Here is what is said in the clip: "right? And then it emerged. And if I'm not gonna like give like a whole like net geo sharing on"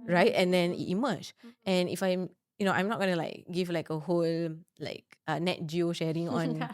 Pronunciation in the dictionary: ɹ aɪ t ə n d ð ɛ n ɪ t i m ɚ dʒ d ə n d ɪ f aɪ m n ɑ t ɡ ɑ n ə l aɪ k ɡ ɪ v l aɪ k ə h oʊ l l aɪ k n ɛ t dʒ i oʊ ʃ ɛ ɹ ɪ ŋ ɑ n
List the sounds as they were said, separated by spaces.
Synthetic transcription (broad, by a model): ɹ aɪ t ə n d ɛ n ɪ t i m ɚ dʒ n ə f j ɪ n aɪ m n ɑ t ɡ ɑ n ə l aɪ k ɡ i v l aɪ k ə h oʊ l l aɪ k n ɛ t dʒ i oʊ ʃ ɛ ɹ ɪ ŋ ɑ n